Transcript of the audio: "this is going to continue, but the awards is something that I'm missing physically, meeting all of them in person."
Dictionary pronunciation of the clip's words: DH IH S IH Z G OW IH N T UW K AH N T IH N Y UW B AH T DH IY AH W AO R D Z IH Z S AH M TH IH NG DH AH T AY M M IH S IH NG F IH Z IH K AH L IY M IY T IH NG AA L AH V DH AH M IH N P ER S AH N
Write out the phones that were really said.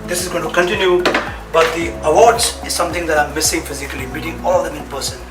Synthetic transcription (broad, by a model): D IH S IH Z G OW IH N T UW K AH N T IH N Y UW B AH T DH IY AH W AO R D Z IH Z S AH M T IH NG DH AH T AY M M IH S IH NG F IH Z IH K AH L IY M IY T IH NG AA L AH V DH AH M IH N P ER S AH N